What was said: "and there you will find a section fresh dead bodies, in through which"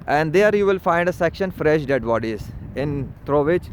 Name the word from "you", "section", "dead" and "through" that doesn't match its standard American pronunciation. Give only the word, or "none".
through